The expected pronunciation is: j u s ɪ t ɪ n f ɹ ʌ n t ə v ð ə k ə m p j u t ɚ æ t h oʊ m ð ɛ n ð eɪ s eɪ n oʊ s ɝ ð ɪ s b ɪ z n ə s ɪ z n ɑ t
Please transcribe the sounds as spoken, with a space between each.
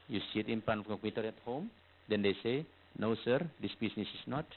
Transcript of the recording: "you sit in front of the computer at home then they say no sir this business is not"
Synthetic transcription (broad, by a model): j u s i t ɪ n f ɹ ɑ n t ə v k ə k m j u t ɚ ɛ t h oʊ m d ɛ n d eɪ s eɪ n oʊ s ɝ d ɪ s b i s n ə s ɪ s n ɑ t